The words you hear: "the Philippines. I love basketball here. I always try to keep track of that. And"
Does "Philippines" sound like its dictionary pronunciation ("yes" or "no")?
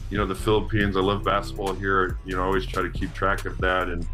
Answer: yes